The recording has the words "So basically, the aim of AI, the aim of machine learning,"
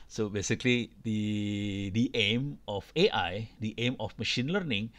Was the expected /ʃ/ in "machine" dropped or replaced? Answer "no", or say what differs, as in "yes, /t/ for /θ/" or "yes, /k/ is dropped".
no